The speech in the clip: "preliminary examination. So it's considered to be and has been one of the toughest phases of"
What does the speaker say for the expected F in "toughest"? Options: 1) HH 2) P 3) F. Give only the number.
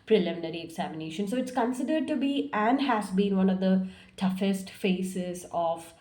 3